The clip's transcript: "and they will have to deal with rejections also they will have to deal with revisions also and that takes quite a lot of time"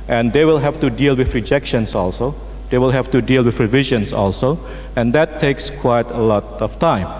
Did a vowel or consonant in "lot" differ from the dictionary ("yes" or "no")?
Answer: no